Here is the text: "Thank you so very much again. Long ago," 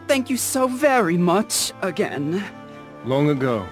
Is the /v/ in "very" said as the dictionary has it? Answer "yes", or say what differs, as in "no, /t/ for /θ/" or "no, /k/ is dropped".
yes